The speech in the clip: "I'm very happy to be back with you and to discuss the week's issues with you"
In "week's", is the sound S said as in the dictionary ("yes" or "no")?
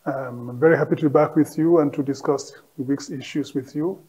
yes